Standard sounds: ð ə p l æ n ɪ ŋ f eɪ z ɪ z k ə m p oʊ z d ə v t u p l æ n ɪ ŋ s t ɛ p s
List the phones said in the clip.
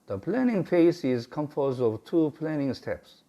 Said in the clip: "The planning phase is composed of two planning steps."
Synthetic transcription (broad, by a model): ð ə p l æ n ɪ ŋ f eɪ s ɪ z k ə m f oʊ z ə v t u p l æ n ɪ ŋ s t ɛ p s